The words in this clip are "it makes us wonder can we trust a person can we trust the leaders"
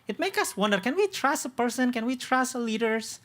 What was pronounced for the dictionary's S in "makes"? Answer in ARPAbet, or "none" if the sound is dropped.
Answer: none